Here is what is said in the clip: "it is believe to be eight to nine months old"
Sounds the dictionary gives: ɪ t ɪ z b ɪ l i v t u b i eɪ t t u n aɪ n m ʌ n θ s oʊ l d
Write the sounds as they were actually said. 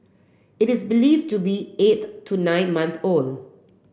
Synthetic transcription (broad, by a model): ɪ t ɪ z b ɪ l i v t u b i eɪ t t u n aɪ n m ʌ n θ oʊ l